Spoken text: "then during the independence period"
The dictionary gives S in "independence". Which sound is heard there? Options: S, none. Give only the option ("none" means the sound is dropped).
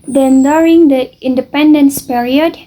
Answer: S